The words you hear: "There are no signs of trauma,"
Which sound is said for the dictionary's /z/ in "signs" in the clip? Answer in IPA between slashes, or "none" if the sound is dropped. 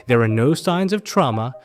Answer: /z/